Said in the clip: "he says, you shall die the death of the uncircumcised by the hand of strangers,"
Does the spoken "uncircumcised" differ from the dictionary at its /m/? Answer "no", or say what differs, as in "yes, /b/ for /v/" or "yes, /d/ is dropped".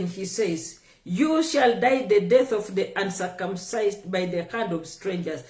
no